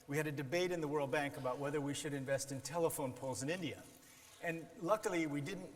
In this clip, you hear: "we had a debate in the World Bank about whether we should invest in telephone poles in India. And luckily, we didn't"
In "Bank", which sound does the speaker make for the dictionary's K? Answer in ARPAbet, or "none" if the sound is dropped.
K